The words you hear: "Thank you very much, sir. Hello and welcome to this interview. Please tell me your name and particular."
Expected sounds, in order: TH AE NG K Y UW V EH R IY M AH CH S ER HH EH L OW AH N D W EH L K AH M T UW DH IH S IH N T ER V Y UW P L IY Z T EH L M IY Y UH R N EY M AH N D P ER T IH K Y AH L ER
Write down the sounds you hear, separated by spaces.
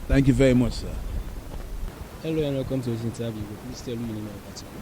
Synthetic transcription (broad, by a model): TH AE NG K Y UW V EH R IY M AH CH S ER HH EH L OW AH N W EH L K AH M T UW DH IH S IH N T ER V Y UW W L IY S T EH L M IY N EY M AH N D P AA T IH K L